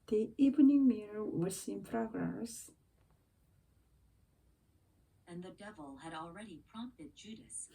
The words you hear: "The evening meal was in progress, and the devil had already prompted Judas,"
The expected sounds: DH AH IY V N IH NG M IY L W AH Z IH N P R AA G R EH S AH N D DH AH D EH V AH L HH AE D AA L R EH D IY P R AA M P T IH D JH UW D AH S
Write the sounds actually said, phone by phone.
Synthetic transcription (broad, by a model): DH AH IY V N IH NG M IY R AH S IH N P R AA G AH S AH N DH AH D EH V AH L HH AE D AA L R EH D IY P R AA M P T IH D JH UW D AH S